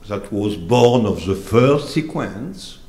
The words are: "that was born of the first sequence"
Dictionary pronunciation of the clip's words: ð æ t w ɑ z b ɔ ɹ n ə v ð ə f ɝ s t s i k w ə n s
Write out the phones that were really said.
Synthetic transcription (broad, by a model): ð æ t w ɑ z b ɔ ɹ n ə v ð ə f ɝ s t s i k w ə n s